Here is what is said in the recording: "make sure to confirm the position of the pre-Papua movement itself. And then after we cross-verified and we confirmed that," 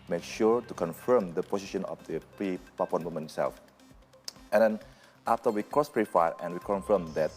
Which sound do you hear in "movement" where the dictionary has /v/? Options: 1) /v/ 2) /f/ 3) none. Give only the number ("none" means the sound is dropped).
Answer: 3